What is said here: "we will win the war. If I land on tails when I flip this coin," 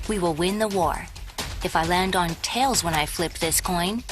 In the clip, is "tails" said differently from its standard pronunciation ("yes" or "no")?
no